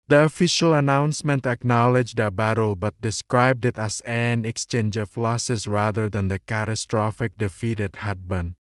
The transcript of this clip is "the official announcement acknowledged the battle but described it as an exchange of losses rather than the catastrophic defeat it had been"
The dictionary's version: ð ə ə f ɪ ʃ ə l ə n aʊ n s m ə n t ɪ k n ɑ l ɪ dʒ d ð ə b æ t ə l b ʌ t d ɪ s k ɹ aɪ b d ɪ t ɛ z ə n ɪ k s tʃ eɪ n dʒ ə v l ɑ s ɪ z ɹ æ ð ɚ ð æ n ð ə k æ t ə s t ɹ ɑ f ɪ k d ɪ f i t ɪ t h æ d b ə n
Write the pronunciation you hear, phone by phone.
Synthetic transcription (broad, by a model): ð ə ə f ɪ ʃ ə l ə n aʊ n s m ə n t ɪ k n ɑ l ɪ dʒ d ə b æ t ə l b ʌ t d ɪ s k ɹ aɪ b d ɪ t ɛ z ə n ɪ k s tʃ eɪ n dʒ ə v l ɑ s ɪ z ɹ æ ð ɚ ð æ n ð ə k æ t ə s t ɹ ɑ f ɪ k d ɪ f i t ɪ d h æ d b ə n